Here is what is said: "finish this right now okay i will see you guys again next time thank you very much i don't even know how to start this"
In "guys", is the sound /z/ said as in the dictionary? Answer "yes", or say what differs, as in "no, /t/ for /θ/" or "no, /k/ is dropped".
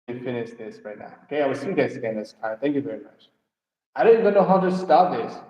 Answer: no, /s/ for /z/